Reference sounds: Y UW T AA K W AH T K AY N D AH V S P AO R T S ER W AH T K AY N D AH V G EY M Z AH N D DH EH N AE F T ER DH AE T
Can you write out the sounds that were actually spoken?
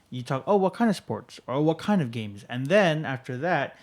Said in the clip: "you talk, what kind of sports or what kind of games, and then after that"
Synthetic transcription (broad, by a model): Y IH T AA K W AH T K AY N D AH V S P AO R T S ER W AH T K AY N D AH V G EY M Z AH N DH EH N AE F T ER DH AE T